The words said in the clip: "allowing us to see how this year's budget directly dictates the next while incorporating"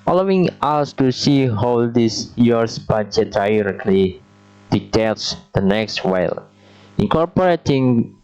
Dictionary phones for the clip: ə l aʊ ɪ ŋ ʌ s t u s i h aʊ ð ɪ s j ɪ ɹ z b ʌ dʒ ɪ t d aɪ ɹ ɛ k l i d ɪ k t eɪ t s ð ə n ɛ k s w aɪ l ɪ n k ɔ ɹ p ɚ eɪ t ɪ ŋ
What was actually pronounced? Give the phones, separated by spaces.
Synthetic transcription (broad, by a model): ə l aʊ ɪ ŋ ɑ s t u s i h aʊ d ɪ s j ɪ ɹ s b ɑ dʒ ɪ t d aɪ ɹ ɛ k l i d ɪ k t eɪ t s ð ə n ɛ k s w aɪ l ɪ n k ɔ ɹ p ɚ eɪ t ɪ ŋ